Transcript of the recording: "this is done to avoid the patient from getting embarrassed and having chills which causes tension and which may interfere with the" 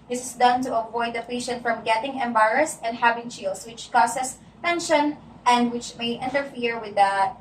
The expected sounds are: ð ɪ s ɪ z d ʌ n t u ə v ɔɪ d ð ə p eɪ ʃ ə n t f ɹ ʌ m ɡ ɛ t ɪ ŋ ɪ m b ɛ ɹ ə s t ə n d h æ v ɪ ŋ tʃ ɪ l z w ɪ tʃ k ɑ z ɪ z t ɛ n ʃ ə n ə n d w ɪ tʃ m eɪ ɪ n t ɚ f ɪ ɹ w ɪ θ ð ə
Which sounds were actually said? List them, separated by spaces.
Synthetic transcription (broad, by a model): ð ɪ s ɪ s d ʌ n t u ə v ɔɪ d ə p eɪ ʃ ə n t f ɹ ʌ m ɡ ɛ t ɪ ŋ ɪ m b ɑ ɹ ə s ə n d h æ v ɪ ŋ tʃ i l s w ɪ tʃ k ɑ s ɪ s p ɛ n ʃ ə n ə n d w ɪ tʃ m eɪ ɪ n t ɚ f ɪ ɹ w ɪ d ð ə